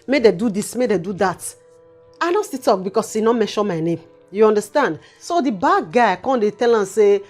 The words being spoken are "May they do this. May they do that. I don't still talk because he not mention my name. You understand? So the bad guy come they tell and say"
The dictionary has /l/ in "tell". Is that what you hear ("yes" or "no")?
yes